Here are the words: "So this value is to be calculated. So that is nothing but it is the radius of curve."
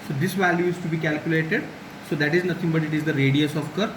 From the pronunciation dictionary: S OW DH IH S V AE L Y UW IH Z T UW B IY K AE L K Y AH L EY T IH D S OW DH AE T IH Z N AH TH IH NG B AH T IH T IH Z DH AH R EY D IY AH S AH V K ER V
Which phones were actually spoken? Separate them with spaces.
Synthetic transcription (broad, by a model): S OW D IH S V AE L Y UW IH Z T UW B IY K AE L K Y AH L EY T IH D S OW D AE T IH Z N AH T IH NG B AH T IH T IH Z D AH R EY D IY AH S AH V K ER